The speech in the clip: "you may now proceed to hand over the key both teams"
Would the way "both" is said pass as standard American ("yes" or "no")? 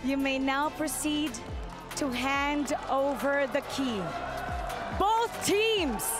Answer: yes